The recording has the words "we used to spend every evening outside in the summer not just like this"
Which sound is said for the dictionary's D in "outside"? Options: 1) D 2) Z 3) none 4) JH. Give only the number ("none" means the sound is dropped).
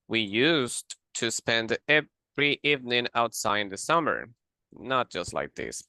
3